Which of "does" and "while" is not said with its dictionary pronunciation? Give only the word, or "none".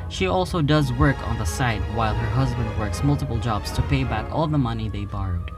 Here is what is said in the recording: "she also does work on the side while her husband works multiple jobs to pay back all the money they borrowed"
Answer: none